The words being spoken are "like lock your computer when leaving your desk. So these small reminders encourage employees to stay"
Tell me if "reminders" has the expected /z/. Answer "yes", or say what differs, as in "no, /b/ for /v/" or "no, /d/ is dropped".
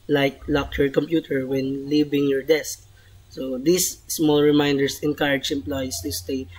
no, /s/ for /z/